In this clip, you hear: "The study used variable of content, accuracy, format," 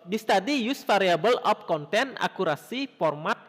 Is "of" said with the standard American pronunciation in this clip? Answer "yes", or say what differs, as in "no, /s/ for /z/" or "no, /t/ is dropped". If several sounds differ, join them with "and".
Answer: no, /p/ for /v/